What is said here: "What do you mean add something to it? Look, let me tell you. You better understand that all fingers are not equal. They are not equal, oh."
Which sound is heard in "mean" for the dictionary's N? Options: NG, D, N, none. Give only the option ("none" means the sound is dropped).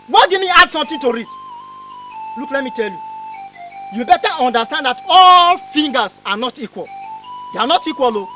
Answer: none